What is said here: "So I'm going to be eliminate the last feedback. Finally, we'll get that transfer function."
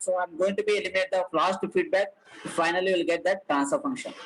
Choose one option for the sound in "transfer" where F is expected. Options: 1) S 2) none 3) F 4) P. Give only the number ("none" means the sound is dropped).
2